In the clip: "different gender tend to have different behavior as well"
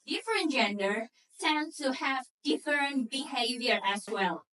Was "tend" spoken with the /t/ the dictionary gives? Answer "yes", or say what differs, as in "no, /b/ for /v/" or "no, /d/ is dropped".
no, /s/ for /t/